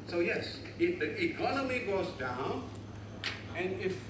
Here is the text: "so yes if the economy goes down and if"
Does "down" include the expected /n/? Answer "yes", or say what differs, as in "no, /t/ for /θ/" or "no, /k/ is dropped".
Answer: yes